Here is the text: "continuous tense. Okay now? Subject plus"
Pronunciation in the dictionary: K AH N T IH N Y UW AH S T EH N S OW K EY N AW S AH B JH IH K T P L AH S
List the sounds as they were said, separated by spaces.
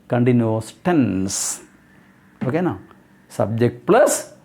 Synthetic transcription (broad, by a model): K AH N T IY N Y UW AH S T EH N S OW K EY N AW S AH B JH IH K T P L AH S